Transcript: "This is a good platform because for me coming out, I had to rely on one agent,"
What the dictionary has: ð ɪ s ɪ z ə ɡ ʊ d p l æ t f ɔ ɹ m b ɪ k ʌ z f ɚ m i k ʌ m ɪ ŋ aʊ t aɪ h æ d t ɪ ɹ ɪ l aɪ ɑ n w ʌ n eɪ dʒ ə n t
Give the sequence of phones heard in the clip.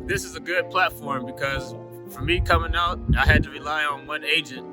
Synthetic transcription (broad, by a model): ð ɪ s ɪ z ə ɡ ʊ d p l æ t f ɔ ɹ m b ɪ k ʌ z f ɚ m i k ʌ m ɪ ŋ aʊ t aɪ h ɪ d t ɪ ɹ ɪ l aɪ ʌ n w ʌ n eɪ dʒ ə n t